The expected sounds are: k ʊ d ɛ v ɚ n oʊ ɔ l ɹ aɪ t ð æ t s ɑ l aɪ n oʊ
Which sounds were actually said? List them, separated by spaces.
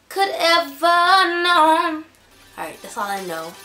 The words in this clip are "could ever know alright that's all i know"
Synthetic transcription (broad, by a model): k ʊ d ɛ v ɚ n oʊ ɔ ɹ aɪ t ð æ t s ɑ l aɪ n oʊ